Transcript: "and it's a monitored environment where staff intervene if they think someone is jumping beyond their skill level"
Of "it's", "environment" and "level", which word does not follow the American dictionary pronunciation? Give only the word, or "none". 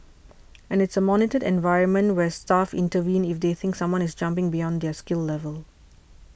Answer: none